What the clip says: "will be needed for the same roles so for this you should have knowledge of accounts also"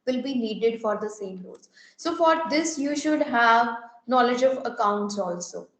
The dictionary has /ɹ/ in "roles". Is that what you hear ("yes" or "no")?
no